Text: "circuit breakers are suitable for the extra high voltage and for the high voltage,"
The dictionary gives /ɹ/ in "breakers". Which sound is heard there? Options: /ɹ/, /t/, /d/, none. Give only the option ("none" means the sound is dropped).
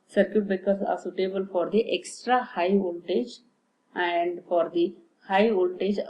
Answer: none